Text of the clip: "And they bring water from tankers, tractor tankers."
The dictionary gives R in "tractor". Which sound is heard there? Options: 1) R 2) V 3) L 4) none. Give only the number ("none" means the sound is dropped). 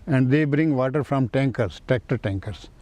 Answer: 4